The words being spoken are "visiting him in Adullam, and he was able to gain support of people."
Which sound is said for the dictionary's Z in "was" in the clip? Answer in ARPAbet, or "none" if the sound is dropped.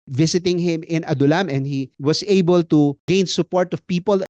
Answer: S